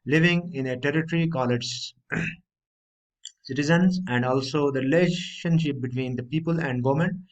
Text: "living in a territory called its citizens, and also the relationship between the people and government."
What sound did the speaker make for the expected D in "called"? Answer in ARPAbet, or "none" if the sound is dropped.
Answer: none